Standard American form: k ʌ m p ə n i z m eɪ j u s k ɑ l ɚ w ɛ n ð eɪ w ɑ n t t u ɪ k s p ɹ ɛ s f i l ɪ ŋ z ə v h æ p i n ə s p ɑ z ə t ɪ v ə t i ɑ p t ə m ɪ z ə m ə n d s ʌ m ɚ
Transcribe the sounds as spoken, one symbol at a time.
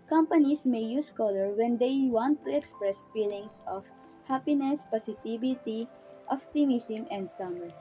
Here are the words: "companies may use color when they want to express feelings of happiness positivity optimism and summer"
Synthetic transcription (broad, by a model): k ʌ m p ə n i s m eɪ j u s k ɑ l ɚ w ɛ n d eɪ w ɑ n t t u ɪ k s p ɹ ɛ s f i l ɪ ŋ s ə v h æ p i n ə s p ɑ s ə t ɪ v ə t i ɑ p t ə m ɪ s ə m ə n d s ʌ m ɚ